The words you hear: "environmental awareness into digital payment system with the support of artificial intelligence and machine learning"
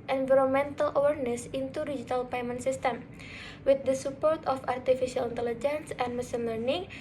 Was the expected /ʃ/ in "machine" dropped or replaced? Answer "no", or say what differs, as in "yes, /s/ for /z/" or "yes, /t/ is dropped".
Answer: yes, /s/ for /ʃ/